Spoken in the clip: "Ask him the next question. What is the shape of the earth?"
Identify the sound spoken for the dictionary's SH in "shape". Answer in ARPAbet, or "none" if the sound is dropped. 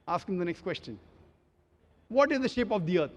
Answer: SH